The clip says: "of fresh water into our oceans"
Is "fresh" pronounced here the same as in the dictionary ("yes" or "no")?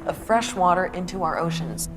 yes